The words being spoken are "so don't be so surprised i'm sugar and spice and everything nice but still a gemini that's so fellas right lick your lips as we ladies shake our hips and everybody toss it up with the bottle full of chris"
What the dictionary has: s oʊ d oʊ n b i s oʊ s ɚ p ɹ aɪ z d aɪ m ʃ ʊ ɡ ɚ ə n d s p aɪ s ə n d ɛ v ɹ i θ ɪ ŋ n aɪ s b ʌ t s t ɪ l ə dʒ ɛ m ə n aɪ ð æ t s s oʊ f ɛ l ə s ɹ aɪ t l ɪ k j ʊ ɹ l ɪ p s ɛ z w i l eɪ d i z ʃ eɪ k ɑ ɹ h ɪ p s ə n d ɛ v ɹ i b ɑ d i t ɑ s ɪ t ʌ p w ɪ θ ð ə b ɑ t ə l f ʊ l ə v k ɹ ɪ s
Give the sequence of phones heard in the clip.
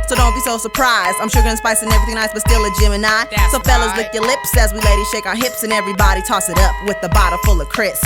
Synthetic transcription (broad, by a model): s oʊ d oʊ n b i s oʊ s ɚ p ɹ aɪ z d aɪ m ʃ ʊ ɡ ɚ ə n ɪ s p aɪ s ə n ɛ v i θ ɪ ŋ n aɪ s b ʌ t s t ɪ l ə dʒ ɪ m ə n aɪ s s oʊ f ɛ l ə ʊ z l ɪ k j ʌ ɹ l ɪ p s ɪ z w i l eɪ d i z ʃ eɪ k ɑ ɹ h ɪ p s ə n ɛ v ɹ i b ɑ d i t ɑ s ɪ t ʌ p w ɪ ð ə b ɑ t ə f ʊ l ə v k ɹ ɪ s